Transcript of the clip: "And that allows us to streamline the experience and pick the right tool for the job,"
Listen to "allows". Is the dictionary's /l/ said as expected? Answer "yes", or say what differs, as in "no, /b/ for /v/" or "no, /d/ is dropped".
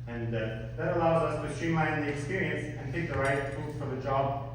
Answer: yes